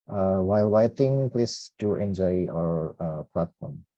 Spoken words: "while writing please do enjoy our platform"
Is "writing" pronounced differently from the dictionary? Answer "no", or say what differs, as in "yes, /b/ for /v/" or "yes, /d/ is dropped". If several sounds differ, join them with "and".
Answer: yes, /w/ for /ɹ/